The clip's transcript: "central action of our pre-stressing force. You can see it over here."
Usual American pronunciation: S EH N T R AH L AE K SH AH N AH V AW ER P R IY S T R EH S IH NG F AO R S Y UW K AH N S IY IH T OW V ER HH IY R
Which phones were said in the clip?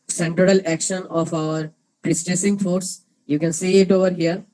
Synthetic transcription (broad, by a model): S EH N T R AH L AE K SH AH N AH F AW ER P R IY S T EH S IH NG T AO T S Y UW K AH N S IY IH T OW V ER HH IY R